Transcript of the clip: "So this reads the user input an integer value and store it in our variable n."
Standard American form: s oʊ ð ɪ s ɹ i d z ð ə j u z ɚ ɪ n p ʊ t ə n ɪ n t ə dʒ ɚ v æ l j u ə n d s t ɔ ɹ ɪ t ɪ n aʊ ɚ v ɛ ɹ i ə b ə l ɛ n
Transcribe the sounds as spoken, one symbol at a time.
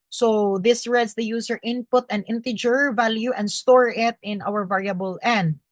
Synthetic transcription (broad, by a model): s oʊ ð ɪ s ɹ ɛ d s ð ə j u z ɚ ɪ n p ʊ t ə n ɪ n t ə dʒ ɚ v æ l j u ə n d s t ɔ ɹ ɪ t ɪ n aʊ ɚ v ɛ ɹ i ə b ə l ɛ n